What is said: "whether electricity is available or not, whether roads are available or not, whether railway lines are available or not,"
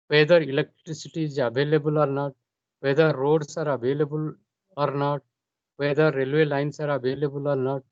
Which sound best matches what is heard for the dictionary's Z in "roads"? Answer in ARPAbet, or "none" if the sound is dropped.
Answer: S